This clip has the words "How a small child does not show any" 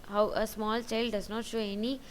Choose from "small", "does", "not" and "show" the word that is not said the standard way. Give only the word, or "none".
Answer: none